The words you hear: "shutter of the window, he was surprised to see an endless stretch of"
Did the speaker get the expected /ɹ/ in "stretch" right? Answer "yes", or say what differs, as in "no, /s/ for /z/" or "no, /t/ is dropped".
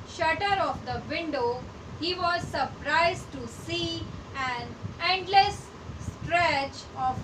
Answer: yes